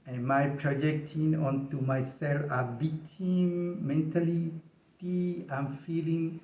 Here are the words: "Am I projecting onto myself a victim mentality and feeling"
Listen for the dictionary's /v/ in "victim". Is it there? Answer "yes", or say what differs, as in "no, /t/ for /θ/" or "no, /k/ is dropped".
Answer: no, /b/ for /v/